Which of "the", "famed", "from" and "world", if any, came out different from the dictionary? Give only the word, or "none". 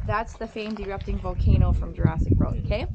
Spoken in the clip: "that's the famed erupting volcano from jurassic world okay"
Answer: world